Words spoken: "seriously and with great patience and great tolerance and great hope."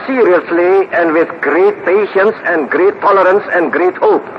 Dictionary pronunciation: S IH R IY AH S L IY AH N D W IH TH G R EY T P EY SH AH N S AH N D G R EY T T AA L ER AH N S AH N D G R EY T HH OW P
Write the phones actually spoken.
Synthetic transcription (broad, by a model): S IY R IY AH S L IY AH N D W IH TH G R EY T P EY SH AH N S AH N G R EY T T AA L ER AH N S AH N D G R EY T HH OW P